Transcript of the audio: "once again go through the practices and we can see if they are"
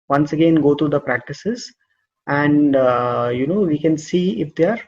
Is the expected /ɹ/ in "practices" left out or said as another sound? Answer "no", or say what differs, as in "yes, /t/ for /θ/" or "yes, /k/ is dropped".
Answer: no